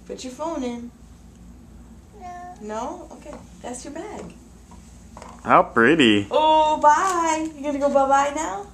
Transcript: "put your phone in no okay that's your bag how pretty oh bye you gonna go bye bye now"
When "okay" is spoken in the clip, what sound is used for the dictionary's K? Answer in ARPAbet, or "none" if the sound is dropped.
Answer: K